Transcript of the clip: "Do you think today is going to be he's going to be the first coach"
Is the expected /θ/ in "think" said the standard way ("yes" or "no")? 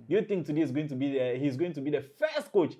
no